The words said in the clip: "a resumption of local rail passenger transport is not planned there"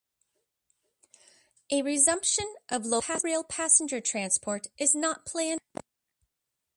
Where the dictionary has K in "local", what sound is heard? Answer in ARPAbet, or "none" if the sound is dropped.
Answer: none